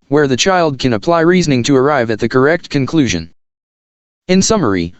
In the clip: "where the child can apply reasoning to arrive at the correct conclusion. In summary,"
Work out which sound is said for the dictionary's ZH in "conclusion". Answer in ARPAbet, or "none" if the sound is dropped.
ZH